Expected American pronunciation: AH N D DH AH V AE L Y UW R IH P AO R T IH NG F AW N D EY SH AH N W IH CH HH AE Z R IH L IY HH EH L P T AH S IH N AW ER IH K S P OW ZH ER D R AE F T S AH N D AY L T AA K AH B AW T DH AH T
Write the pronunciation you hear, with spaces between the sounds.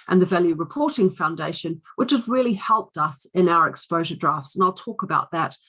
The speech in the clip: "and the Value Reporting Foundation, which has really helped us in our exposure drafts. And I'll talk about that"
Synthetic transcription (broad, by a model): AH N DH AH V AE L Y UW R IH P AO R T IH NG F AW N D EY SH AH N W IH CH HH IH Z R IH L IY HH EH L P T AH S IH N AW ER IH K S P OW ZH ER D R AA F T S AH N AY L T AA K AH B AW T DH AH T